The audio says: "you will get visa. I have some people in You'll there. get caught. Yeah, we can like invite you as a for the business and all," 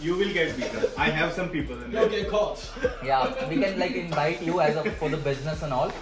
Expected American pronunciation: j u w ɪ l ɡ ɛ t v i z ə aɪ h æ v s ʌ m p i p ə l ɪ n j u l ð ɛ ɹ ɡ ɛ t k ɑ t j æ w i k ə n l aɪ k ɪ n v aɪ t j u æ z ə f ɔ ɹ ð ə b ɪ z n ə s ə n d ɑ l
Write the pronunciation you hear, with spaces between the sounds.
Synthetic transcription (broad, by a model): j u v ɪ l ɡ ɛ t b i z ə aɪ h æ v s ʌ m p i p ə l ɪ n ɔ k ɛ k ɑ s j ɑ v i k ə n l aɪ k ɪ n v aɪ t j u æ z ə f ɔ ɹ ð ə b ɪ z n ə s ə n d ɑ l